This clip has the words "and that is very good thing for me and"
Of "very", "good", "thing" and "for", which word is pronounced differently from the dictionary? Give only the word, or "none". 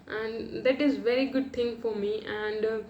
thing